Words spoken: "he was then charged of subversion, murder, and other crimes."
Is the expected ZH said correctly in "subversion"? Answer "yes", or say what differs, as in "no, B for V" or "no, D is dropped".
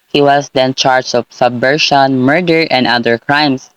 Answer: no, SH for ZH